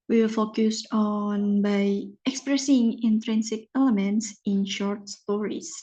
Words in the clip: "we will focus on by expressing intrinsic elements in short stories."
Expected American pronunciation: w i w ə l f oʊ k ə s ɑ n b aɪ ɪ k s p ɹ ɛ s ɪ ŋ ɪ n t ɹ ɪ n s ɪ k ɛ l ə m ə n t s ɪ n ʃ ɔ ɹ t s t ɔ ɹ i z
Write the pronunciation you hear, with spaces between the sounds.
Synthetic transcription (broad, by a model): w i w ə f oʊ k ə s ɑ n b aɪ ɪ k s p ɹ ɛ s ɪ ŋ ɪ n t ɹ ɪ n s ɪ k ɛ l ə m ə n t s ɪ n ʃ ɔ ɹ t s t ɔ ɹ i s